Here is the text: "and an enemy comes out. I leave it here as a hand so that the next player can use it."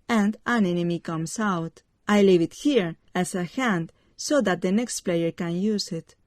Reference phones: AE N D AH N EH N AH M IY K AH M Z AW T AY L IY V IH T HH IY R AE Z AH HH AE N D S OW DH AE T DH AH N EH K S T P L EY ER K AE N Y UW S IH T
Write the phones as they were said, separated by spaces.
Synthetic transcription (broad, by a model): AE N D AH N EH N AH M IY K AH M S AW T AY L IY V IH T HH IY R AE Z AH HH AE N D S OW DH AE T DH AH N EH K S T P L EY ER K AE N Y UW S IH T